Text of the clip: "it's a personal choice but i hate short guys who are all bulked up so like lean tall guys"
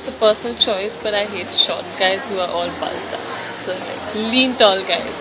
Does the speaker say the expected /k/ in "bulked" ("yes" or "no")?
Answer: no